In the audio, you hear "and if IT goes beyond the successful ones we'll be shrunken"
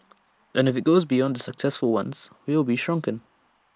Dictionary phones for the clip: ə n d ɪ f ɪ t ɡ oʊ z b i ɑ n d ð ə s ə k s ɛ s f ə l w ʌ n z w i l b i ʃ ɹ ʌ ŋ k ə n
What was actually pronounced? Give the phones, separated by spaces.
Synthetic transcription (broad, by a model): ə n ɪ f ɪ t ɡ oʊ z b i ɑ n d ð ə s ə k s ɛ s f ə l w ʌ n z w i l b i ʃ ɹ ʌ ŋ k ə n